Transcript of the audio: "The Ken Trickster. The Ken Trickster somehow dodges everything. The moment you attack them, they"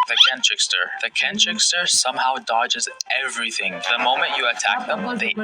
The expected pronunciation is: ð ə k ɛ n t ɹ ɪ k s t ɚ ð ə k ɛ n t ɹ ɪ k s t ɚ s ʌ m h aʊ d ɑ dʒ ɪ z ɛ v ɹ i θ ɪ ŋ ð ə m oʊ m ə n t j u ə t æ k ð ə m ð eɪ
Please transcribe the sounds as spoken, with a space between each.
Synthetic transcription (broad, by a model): ð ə k ɛ n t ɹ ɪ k s t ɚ ð ə k ɛ n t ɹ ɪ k s t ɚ s ʌ m h aʊ d ɑ dʒ ɪ z ɛ v ɹ i θ ɪ ŋ ð ə m oʊ m ə n t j ə t æ k ð ə m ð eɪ